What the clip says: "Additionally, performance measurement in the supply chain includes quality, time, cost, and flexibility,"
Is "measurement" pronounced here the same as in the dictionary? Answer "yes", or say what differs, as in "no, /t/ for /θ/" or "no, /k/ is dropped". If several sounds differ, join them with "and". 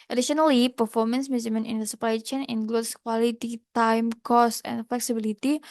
no, /z/ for /ʒ/